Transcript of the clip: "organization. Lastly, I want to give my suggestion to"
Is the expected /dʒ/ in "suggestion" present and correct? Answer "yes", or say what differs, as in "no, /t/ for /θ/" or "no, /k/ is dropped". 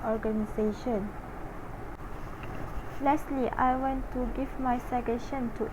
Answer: no, /dʒ/ is dropped